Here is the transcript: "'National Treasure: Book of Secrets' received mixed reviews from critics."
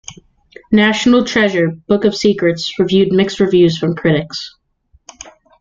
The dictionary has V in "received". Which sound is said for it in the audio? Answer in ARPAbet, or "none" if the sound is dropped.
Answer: none